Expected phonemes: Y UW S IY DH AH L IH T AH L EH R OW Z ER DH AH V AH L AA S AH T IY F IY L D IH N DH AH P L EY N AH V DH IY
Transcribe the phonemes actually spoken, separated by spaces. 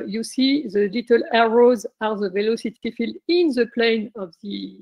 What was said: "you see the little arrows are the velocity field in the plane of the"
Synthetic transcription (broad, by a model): Y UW S IY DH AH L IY T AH L EH R OW Z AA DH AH V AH L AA S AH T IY F IY L D IH N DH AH P L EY N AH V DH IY